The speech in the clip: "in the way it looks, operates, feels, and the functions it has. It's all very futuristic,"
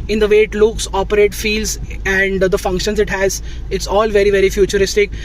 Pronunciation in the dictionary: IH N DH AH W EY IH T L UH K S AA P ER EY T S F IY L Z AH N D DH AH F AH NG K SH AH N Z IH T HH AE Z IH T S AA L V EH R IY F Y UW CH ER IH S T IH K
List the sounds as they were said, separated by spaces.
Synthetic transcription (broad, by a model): IH N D AH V EY IH T L UH K S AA P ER EY T F IY L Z AH N D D AH F AH NG K SH AH N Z IH T HH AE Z IH T S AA L V EH R IY F Y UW CH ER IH S T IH K